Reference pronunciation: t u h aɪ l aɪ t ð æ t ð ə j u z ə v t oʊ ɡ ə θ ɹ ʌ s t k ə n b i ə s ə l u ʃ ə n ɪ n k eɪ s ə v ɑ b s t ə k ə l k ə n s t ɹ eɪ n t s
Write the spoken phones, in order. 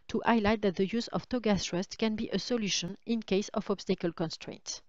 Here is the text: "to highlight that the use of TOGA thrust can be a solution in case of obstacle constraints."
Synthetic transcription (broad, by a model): t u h aɪ l aɪ t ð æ t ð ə j u z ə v t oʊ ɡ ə s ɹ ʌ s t k ə n b i ə s ə l u ʃ ə n ɪ n k eɪ s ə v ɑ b s t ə k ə l k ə n s t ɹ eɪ n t